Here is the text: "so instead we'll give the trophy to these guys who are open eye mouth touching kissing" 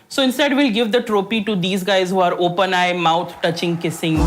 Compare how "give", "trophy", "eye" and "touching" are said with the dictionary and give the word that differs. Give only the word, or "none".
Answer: trophy